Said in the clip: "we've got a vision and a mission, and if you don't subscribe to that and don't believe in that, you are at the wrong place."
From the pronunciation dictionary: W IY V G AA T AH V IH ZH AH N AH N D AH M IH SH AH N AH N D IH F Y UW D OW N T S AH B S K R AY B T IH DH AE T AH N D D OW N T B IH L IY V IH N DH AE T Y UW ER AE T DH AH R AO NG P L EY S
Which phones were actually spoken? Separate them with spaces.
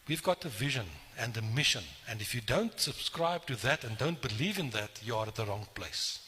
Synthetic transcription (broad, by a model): W IY V G AA T AH V IH ZH AH N AH N D AH M IH SH AH N AH N D IH F Y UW D OW N T S AH B S K R AY B T IH DH AE T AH N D D OW N T B IH L IY V IH N DH AE T Y UW ER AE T DH AH R AO NG P L EY S